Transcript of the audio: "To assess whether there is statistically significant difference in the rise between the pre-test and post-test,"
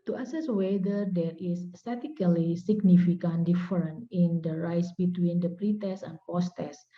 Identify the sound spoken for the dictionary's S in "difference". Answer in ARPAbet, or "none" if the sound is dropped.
none